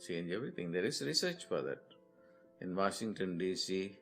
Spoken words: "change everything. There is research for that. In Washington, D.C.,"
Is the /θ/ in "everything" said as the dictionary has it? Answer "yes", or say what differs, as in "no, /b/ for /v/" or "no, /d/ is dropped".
no, /t/ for /θ/